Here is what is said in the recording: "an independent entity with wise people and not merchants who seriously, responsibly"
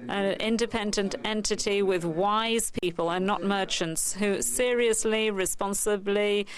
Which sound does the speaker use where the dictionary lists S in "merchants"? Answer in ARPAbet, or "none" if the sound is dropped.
S